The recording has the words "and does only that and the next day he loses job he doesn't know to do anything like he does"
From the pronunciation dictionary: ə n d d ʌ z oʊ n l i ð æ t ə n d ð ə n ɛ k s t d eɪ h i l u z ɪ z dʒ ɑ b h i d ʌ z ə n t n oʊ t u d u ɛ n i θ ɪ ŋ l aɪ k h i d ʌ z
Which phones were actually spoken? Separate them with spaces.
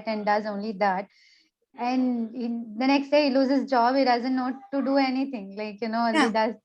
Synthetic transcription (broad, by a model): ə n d d ʌ z oʊ n l i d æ t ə n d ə n ɛ k s t d eɪ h i l u z ɪ z dʒ ɑ b h i d ʌ z ə n t n oʊ t u d u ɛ n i t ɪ ŋ l aɪ k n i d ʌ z